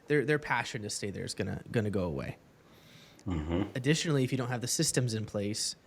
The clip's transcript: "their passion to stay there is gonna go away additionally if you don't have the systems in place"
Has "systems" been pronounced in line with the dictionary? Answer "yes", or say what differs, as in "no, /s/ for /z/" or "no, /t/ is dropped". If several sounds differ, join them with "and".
yes